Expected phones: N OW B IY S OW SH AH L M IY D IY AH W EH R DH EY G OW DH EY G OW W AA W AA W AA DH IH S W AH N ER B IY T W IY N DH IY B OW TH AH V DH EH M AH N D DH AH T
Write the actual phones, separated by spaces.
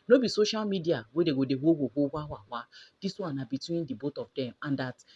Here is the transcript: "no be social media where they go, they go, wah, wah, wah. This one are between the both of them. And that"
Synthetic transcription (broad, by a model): N OW B IY S OW SH AH L M IY D IY AH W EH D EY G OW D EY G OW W AA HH AA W AA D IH S W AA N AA B IY T W IY N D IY B OW T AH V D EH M AH N D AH T